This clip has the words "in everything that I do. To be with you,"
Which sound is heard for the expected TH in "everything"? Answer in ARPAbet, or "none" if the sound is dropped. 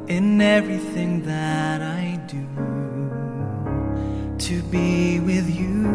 TH